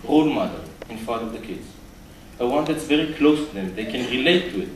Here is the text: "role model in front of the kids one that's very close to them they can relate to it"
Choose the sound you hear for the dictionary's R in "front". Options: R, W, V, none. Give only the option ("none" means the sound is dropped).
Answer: none